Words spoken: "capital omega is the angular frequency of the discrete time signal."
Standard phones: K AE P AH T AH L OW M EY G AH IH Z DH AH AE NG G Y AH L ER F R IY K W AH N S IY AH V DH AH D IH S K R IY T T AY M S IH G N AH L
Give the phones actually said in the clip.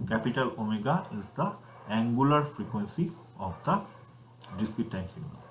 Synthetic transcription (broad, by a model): K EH P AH T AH L OW M EY G AH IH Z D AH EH NG G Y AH L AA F R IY K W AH N S IY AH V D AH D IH S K IY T T AY M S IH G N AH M